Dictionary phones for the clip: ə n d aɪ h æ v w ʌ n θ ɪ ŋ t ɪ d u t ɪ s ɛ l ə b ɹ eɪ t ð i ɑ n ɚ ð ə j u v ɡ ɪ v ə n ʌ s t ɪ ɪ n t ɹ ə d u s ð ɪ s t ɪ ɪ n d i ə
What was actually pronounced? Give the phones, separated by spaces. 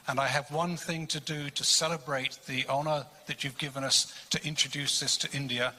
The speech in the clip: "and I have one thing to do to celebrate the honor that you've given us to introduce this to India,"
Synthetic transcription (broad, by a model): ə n aɪ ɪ v w ʌ n θ ɪ ŋ t ɪ d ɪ t ɪ s ɛ l ə b ɹ eɪ t ð i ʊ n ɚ ð ə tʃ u v ɡ ɪ v ə n ʌ s t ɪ ɪ n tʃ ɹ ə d u s ð ɪ s t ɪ ɪ n d i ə